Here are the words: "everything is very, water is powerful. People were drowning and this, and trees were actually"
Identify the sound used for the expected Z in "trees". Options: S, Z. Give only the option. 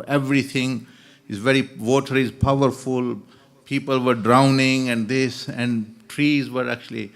Z